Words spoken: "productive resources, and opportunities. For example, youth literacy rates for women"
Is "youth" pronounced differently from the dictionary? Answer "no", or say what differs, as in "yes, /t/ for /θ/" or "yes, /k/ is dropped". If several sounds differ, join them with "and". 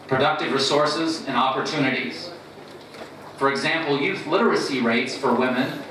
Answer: no